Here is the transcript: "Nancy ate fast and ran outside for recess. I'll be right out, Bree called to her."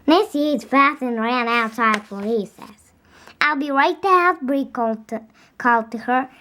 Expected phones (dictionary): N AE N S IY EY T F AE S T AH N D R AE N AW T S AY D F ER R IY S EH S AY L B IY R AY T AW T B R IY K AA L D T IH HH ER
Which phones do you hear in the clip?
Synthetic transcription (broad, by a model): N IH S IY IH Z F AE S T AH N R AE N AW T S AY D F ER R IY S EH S AY L B IY R AY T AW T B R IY K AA L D T IH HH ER